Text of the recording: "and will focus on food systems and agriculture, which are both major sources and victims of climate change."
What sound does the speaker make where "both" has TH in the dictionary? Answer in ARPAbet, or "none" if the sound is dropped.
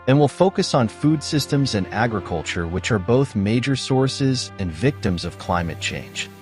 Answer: TH